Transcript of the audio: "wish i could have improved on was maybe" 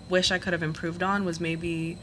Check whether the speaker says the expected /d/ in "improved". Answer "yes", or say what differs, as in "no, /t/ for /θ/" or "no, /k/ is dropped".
yes